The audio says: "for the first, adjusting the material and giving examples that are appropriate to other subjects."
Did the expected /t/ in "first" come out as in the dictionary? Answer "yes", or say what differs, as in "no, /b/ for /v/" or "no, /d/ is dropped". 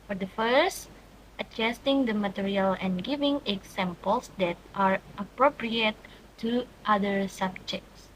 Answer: yes